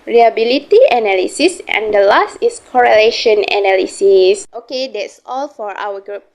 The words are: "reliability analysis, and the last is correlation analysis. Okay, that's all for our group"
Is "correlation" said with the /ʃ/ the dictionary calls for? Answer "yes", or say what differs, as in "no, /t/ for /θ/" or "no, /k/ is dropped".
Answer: yes